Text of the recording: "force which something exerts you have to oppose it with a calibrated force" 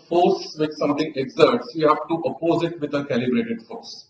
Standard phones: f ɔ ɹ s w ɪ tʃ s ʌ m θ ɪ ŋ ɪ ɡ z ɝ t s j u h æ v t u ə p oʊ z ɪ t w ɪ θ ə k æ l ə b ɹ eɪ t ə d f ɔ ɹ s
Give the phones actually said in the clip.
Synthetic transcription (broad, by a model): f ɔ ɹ s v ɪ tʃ s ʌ m t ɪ ŋ ɪ ɡ z ɝ t s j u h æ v t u ə p oʊ z ɪ t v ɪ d ə k æ l ə b ɹ eɪ t ə d f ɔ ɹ s